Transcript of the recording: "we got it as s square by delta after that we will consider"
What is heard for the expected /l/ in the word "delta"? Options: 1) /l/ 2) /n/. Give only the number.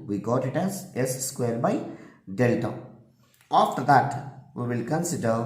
1